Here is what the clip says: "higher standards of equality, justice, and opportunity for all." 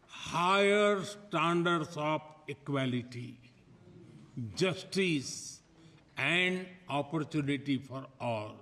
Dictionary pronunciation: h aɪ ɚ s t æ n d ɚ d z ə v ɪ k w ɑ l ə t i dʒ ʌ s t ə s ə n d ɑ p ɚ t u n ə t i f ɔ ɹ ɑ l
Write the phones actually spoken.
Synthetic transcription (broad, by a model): h aɪ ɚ s t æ n d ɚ d s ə p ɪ k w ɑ l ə t i dʒ ʌ s t ə s ə n d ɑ p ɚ t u n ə t i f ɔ ɹ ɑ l